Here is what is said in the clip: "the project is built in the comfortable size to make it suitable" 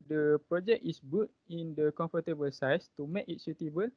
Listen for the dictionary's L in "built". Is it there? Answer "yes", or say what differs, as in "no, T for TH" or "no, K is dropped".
no, L is dropped